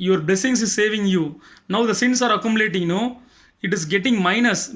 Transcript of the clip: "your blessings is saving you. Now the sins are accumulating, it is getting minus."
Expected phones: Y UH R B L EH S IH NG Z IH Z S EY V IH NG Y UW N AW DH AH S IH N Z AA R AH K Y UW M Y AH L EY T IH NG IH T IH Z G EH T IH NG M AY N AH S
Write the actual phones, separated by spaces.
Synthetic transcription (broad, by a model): Y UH R B L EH S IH NG S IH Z S EY V IH NG Y UW N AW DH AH S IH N S AA R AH K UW M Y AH L EY T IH NG IH T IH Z G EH T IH NG M AY N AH S